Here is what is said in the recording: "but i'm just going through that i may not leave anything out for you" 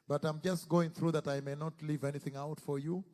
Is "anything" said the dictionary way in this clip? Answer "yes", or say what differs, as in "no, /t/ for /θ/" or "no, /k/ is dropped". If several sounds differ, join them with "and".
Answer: yes